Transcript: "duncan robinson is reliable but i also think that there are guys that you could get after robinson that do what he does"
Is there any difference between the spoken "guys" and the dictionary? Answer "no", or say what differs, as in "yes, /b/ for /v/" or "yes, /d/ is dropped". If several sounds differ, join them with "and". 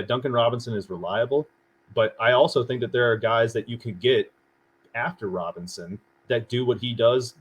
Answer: no